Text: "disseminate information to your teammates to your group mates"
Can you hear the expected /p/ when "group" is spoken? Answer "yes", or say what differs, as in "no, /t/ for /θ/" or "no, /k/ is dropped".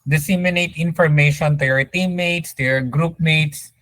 yes